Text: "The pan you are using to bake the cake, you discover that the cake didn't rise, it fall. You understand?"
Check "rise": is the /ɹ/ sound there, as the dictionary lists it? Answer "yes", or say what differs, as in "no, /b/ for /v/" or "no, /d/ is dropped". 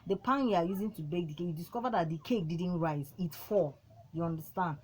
yes